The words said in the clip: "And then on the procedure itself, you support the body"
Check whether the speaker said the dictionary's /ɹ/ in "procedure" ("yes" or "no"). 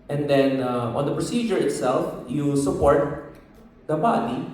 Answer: yes